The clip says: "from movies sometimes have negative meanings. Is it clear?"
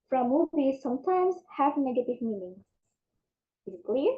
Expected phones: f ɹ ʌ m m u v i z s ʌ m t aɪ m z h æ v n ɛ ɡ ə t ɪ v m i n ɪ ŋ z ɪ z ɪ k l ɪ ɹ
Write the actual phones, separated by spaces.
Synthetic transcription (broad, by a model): f ɹ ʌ m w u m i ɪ s ʌ m t aɪ m z h æ v n ɛ ɡ ə t ɪ v m i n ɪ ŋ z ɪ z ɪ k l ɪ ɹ